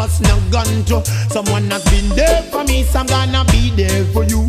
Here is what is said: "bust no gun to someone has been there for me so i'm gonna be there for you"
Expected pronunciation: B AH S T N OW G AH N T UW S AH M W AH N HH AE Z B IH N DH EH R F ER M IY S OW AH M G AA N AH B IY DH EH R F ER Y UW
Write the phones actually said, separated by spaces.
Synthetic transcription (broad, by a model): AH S N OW G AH N T UW S AH M W AH N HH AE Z B IH N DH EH F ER M IY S AH M G AA N AH B IY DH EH F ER Y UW